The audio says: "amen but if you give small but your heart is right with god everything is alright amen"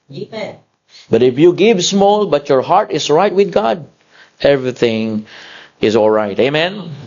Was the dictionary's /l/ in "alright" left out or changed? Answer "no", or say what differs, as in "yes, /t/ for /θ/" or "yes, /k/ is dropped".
no